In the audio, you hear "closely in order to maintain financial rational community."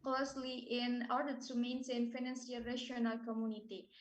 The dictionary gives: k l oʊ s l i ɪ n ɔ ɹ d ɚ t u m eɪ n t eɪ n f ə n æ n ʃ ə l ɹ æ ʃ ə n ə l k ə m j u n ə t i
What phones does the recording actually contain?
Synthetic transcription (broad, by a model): k l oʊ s l i ɪ n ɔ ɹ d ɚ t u m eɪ n s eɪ n f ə n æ n s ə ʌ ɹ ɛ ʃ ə n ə l k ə m j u n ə t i